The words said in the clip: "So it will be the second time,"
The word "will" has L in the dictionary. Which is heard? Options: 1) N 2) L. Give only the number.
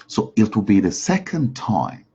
2